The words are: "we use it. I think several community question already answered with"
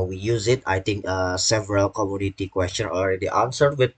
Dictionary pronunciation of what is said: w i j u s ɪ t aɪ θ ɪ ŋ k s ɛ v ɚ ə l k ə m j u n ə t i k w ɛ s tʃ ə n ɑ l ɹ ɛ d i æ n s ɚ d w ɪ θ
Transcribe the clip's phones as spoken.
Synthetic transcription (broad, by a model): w i j u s ɪ t aɪ t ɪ ŋ k s ɛ v ɚ ə l k ə m j u n ə t i k w ɛ s tʃ ə n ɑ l ɹ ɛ d i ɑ n s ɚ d w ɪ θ